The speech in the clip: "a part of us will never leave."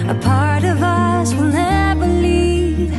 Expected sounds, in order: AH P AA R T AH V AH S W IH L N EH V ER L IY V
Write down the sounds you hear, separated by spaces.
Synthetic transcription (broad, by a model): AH P AA R T AH V AH S W IH L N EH B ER L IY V